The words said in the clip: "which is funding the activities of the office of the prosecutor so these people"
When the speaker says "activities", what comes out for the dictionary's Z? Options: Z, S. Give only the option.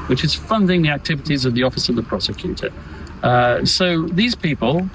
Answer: Z